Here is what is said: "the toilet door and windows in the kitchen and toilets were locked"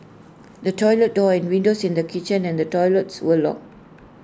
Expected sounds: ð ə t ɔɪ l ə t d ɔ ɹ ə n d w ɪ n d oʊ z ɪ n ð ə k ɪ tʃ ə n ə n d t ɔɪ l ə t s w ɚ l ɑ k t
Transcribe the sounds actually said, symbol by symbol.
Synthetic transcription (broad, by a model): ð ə t ɔɪ l ə t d ɔ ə n w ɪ n d oʊ s ɪ n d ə k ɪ tʃ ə n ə n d t ɔɪ l ə t s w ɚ l ɑ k